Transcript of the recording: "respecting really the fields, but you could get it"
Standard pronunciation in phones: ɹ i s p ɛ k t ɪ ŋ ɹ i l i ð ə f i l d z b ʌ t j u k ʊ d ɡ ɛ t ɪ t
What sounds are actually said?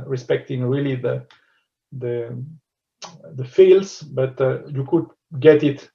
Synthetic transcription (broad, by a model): ɹ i s p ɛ k t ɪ ŋ ɹ i l i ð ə f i l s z b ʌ t j u k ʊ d ɡ ɛ t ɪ t